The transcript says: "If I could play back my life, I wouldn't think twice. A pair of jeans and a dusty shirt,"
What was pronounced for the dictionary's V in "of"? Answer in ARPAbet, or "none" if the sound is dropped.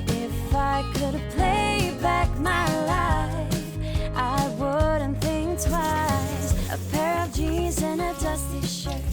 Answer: V